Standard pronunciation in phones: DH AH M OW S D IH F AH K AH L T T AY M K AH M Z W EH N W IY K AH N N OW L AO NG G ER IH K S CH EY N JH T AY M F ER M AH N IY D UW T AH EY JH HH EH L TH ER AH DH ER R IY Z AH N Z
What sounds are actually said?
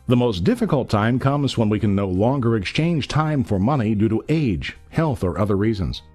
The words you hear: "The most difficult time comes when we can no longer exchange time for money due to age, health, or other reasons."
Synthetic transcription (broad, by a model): DH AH M OW S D IH F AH K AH L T T AY M K AH M Z W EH N W IY K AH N N OW L AO NG G ER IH K S CH EY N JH T AY M F ER M AH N IY D UW T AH EY JH HH EH L TH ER AH DH ER R IY Z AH N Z